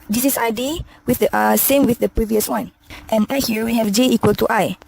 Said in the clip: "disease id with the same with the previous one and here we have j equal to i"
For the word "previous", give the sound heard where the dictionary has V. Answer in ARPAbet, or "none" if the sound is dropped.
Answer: V